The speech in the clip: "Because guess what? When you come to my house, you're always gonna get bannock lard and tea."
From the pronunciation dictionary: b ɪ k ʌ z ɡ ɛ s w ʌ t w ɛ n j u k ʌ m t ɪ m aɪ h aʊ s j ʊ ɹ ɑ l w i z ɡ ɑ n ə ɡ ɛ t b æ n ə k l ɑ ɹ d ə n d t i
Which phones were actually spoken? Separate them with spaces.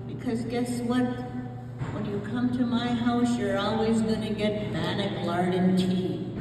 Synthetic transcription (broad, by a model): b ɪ k ʌ z ɡ ɛ s w ʌ t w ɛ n j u k ʌ m t ɪ m aɪ h aʊ s j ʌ ɹ ɑ l w i z ɡ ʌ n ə ɡ ɛ t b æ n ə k l ɑ ɹ d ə n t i